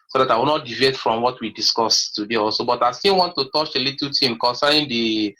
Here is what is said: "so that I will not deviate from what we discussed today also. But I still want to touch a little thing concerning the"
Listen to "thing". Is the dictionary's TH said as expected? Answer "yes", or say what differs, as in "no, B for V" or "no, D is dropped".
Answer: no, T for TH